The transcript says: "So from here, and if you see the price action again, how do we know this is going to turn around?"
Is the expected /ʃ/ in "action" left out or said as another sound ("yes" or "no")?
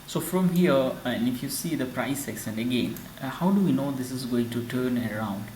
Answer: yes